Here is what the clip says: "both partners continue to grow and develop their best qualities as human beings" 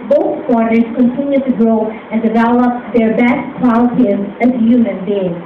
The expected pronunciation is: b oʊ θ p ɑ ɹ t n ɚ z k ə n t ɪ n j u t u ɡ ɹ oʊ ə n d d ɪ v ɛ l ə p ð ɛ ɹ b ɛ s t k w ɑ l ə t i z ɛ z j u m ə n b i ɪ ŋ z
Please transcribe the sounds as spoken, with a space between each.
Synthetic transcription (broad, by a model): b oʊ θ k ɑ ɹ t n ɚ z k ə n t ɪ n j u t u ɡ ɹ oʊ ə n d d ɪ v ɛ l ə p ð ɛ ɹ b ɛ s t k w ɑ ə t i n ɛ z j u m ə n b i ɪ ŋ